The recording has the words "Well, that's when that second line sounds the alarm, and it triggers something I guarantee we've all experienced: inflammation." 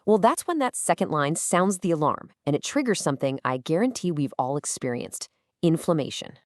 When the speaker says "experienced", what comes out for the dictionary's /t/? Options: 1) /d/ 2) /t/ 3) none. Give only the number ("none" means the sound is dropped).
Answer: 2